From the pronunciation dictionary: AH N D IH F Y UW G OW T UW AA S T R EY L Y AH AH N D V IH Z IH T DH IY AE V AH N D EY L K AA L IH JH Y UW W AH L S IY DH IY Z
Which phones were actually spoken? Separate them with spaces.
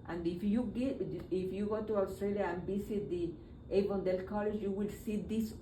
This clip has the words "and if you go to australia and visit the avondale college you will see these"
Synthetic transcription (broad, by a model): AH N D IH F Y UW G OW T UW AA S T R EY L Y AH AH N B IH S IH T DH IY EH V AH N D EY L K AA L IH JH Y UW W AH L S IY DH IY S